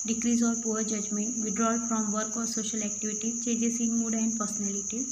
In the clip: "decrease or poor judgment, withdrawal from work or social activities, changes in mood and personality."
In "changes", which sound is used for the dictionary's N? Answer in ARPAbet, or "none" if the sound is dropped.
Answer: none